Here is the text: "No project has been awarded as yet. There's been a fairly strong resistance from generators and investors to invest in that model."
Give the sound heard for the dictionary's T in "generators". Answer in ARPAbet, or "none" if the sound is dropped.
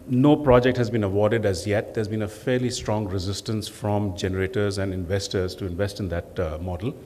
T